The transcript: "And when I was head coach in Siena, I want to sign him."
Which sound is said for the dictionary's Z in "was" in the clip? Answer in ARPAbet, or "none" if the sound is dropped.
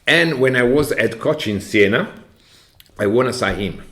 Z